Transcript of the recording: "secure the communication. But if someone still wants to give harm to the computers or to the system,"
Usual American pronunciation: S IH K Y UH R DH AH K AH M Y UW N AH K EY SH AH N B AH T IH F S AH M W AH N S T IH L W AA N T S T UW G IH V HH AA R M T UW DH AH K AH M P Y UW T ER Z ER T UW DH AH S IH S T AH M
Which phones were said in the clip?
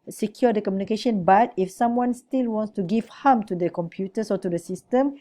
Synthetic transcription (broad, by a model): S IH K Y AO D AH K AH M Y UW N AH K EY SH AH N B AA T IH F S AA M W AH N S T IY L W AA N T S T UW G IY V HH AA M T UW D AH K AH M P Y UW T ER S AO T UW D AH S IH S T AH M